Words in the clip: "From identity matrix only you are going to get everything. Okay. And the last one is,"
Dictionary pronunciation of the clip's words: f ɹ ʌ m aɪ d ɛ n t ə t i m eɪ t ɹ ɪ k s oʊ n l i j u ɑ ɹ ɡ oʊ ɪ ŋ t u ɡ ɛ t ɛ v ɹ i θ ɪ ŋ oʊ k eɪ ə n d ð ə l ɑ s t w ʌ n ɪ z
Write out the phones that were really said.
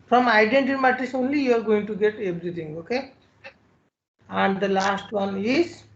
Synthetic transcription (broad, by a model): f ɹ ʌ m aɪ d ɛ n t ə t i m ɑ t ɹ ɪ s oʊ n l i j u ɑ ɹ ɡ oʊ ɪ ŋ t u ɡ ɛ t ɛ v ɹ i t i ŋ oʊ k eɪ ə n d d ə l ɑ s t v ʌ n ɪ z